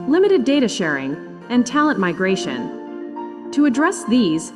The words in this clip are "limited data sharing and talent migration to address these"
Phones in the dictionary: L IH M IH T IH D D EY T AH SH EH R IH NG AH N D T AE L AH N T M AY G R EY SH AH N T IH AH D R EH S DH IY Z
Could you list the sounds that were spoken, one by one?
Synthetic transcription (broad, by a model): L IH M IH T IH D D EY T AH SH EH R IH NG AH N T AE L AH N T M AY G R EY SH AH N T IH AH D R EH S DH IY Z